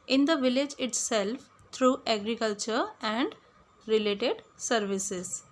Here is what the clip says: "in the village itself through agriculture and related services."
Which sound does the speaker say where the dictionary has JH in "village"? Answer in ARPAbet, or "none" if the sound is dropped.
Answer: JH